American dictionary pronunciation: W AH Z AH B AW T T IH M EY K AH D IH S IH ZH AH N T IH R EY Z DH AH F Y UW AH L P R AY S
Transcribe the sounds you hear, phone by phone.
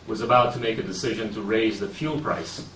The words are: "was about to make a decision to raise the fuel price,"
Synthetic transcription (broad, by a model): W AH Z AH B AW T T IH M EY K AH D IH S IH ZH AH N T IH R EY Z DH AH F Y UW L P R AY S